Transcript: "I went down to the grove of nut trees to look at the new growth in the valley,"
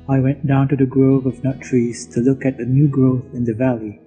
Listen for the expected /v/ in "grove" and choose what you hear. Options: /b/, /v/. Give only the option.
/v/